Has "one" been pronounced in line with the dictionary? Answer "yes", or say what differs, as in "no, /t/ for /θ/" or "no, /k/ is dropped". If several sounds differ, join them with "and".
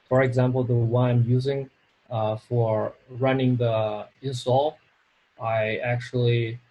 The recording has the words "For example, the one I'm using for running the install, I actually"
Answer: no, /n/ is dropped